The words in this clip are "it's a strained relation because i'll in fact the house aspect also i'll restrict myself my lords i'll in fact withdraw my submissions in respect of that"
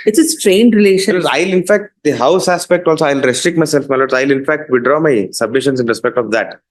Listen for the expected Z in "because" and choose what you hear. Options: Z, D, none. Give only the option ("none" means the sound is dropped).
none